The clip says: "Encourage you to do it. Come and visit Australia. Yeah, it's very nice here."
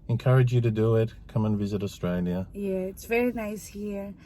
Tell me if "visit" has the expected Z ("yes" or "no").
yes